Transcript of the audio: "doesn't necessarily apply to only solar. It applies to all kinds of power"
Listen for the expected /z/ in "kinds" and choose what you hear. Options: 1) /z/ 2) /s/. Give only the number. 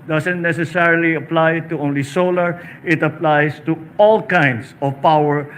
2